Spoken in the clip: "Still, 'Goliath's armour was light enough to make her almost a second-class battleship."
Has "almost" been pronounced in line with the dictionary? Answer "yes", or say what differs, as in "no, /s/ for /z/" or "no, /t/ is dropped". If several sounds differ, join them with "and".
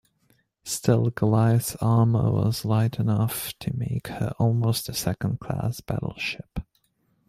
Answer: yes